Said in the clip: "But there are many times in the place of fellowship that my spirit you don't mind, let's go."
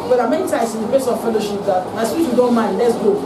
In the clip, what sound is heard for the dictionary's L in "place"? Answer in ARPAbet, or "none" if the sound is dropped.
none